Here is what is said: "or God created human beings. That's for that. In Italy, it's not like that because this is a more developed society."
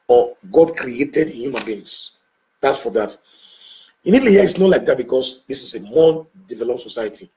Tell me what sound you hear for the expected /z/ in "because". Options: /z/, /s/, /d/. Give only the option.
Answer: /s/